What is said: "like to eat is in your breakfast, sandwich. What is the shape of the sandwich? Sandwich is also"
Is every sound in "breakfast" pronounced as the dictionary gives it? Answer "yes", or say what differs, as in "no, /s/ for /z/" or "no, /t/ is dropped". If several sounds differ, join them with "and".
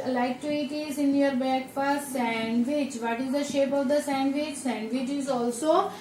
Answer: no, /ɹ/ is dropped